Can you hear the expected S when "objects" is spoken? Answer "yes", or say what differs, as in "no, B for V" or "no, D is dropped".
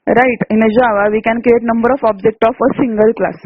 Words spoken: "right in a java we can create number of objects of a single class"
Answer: no, S is dropped